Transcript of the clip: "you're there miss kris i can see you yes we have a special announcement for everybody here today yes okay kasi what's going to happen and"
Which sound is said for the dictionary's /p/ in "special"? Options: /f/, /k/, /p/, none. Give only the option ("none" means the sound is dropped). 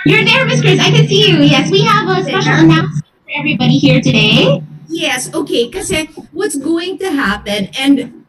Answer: none